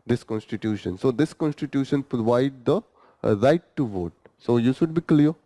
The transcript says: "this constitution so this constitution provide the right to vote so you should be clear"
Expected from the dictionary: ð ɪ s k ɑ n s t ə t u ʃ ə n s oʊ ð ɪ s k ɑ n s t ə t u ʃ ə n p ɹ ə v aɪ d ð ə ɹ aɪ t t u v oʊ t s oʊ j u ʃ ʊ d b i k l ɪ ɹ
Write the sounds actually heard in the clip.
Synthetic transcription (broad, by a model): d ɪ s k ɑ n s t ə t u ʃ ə n s oʊ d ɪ s k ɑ n s t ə t u ʃ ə n p ɹ ə v aɪ d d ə ɹ aɪ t t u v oʊ t s oʊ j u ʃ ʊ d b i k l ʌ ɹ